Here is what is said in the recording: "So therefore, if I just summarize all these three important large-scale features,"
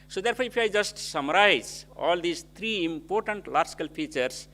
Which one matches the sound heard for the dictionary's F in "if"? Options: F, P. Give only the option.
P